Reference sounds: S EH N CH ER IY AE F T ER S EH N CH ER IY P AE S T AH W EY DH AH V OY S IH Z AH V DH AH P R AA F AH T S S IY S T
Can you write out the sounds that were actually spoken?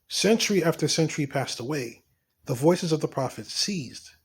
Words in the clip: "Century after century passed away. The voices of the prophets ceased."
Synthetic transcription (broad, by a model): S EH N CH ER IY AE F T ER S EH N CH ER IY P AE S T AH W EY DH AH V OY S IH Z AH V DH AH P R AA F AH T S S IY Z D